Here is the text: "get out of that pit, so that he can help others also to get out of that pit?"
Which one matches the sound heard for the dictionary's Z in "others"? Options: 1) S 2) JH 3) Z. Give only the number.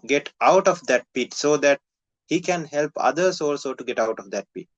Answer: 1